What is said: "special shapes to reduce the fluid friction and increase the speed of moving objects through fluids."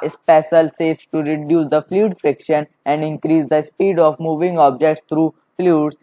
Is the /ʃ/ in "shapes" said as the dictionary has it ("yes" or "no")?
no